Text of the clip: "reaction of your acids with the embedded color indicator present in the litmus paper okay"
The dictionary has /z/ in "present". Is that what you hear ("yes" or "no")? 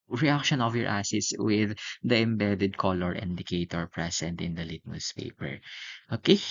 no